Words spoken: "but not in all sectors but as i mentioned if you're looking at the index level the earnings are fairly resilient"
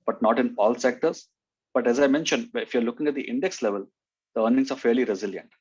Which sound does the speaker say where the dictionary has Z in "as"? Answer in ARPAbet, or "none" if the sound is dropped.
Z